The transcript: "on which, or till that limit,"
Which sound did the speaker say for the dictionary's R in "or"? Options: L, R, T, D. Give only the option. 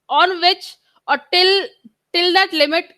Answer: L